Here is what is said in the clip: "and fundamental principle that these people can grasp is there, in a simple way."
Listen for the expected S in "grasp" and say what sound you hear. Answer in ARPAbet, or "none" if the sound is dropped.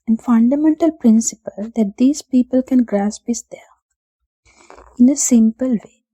S